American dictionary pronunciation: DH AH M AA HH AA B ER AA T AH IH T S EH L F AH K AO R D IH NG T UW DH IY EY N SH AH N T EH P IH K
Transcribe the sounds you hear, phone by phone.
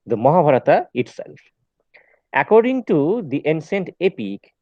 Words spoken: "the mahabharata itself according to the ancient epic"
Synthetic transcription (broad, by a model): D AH M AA HH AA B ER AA T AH IH T S EH L F AH K AO R D IH NG T UW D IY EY N S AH N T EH P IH K